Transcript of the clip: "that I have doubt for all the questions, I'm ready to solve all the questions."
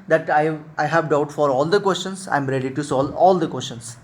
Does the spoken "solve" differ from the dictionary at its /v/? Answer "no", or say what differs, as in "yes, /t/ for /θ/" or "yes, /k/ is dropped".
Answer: yes, /v/ is dropped